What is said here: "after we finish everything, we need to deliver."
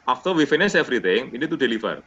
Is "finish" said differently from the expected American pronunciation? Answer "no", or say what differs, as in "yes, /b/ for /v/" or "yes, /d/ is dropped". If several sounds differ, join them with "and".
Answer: yes, /s/ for /ʃ/